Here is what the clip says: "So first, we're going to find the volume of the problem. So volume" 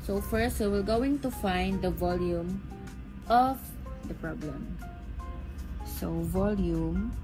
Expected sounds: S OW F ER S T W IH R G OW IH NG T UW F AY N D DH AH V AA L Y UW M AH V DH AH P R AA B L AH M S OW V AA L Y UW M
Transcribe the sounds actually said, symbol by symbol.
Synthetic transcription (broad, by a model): S OW F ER S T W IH L G OW IH NG T UW F AY N D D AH V AA L Y UW M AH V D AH P R AA B L AH M S OW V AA L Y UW M